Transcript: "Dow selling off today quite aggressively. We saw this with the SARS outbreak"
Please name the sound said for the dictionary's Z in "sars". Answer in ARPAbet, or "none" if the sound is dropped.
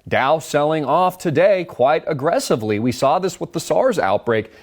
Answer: Z